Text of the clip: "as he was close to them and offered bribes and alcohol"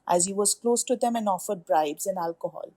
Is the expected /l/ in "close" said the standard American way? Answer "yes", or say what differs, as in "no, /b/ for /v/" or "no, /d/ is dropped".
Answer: yes